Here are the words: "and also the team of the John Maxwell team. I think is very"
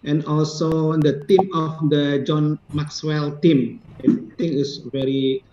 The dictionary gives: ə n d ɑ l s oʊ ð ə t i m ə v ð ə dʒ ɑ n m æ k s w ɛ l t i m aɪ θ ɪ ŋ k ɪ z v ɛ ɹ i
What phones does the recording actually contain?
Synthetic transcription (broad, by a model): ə n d ɑ l s oʊ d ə t i m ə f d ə dʒ ɑ n m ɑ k s w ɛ l t i m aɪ t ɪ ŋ ɪ s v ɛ ɹ i